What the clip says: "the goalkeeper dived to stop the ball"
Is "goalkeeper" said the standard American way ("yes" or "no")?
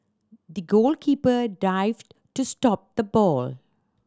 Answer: yes